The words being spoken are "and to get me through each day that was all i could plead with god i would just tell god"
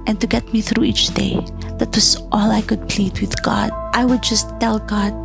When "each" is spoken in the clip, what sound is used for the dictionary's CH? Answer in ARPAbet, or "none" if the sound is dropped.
CH